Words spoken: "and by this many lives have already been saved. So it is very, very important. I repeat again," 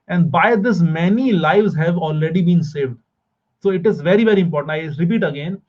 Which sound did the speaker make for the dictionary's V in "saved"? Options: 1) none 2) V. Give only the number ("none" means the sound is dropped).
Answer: 2